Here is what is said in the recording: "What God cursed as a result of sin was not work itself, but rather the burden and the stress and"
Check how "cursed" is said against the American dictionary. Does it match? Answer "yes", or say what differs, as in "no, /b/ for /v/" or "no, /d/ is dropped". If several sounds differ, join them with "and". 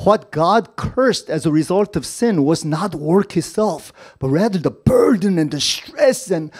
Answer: yes